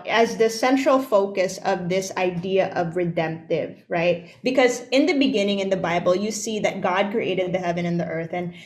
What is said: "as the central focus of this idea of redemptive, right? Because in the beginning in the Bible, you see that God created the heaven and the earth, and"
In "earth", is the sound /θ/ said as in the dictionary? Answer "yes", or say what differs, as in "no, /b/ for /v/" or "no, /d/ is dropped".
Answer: yes